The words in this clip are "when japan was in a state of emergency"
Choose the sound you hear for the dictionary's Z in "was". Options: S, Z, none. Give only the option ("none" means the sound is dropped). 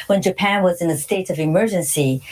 Z